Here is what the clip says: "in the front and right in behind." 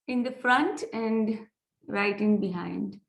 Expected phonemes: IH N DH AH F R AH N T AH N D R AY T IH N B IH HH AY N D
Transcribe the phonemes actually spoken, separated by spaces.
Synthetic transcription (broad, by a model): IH N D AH F R AH N T AH N D R AY T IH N B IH HH AY N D